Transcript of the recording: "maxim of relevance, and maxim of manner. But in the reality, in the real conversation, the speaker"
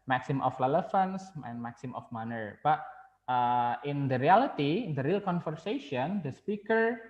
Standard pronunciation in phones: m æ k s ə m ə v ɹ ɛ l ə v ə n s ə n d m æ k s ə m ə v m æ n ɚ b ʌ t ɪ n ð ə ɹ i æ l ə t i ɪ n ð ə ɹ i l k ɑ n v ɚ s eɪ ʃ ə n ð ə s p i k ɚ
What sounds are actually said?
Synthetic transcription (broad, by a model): m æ k s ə m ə f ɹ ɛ l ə f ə n s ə n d m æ k s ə m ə f m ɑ n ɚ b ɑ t ɪ n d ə ɹ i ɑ l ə t i ɪ n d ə ɹ i l k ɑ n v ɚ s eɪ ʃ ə n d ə s p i k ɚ